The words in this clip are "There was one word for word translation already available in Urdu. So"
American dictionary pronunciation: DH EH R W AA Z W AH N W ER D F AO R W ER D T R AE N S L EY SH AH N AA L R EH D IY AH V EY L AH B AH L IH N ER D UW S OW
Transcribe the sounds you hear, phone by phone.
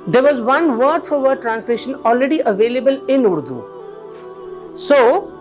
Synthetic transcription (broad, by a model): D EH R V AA Z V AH N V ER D F AO R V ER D T R AE N S L EY SH AH N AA L R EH D IY AH V EY L AH B AH L IH N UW D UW S OW